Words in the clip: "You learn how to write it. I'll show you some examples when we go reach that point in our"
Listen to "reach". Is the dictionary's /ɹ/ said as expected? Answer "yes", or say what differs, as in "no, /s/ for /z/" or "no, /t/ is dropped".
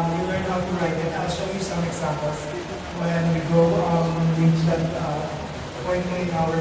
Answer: no, /l/ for /ɹ/